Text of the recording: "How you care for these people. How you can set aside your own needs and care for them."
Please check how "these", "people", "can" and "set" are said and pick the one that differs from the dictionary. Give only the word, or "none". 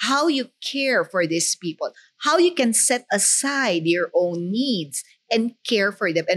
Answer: these